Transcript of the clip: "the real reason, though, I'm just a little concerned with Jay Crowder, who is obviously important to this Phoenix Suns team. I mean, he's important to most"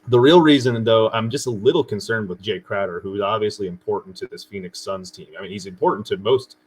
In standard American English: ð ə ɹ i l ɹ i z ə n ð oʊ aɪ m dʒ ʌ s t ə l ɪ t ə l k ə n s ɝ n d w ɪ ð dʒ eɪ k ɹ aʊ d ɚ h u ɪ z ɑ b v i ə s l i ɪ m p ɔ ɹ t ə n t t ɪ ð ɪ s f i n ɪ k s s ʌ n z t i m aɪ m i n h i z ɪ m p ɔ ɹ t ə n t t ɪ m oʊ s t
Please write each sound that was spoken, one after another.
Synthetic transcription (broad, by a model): ð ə ɹ i l ɹ i z ə n ð oʊ aɪ m dʒ ʌ s t ə l ɪ t l k ə n s ɝ n d w ɪ ð dʒ eɪ k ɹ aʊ d ɚ h u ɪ z ɑ b v i ə s l i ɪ m p ɔ ɹ t n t t ɪ ð ɪ s f i n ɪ k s s ʌ n z t i m aɪ m i n h i z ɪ m p ɔ ɹ t n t t ɪ m oʊ s t